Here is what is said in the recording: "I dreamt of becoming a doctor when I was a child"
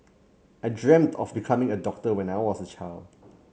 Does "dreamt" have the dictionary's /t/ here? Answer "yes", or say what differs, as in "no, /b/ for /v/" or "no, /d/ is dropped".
yes